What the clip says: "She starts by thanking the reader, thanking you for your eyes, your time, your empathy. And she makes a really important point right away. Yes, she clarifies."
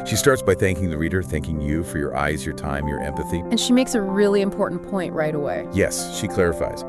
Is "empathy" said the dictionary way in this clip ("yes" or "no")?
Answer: yes